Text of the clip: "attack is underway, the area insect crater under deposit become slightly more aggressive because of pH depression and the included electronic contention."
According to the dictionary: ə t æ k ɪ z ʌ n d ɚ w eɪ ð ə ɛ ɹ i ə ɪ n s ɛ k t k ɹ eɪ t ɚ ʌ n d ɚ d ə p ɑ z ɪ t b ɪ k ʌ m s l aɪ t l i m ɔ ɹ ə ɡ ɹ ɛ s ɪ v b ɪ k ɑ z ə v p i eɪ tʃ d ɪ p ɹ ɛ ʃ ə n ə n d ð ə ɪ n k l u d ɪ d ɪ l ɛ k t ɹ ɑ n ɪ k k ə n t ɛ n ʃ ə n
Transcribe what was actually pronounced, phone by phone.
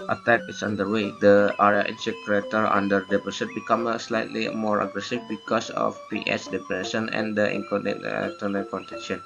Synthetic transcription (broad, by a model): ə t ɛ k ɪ s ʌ n d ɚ w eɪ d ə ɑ ɹ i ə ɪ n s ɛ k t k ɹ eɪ t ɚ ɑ n d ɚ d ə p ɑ s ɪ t b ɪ k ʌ m s l aɪ t l i m ɔ ɹ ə ɡ ɹ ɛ s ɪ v b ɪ k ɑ s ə f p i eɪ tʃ d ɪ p ɹ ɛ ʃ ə n ə n d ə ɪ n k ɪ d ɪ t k t ɑ n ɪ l k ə n t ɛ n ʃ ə n